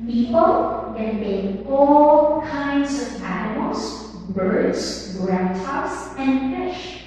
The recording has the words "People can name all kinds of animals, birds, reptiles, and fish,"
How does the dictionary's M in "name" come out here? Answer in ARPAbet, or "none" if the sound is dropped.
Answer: none